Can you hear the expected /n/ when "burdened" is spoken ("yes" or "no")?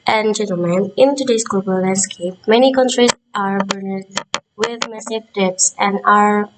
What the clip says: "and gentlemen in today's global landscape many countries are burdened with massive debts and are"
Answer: no